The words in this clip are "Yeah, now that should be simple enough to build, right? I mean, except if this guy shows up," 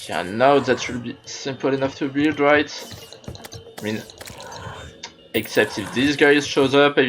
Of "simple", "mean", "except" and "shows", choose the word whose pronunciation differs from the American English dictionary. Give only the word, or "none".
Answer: none